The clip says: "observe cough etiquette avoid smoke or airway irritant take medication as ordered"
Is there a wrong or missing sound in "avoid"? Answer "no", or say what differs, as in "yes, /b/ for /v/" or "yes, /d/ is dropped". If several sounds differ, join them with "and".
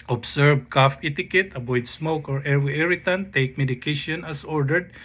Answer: yes, /b/ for /v/